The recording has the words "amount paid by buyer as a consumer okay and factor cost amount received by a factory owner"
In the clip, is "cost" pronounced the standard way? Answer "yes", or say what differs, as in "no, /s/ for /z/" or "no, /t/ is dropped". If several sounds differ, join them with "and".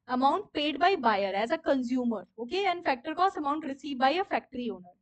no, /t/ is dropped